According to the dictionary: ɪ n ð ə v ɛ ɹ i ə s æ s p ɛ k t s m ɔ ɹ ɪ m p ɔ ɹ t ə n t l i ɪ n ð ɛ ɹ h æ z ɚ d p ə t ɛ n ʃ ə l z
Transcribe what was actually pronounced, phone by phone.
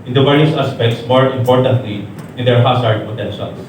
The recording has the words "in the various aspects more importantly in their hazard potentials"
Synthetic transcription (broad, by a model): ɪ n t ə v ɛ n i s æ s p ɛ k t s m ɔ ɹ ɪ m p ɔ ɹ t ə n t l i ɪ n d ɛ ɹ h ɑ s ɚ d p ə t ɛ n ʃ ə l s